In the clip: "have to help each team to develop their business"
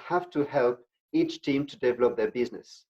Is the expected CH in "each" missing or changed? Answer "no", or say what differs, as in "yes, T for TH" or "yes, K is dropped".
no